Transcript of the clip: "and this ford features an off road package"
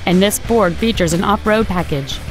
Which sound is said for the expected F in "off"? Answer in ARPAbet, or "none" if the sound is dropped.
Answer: P